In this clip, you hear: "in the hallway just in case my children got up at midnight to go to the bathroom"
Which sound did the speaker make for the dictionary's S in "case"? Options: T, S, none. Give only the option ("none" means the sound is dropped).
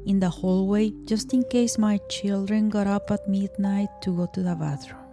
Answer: S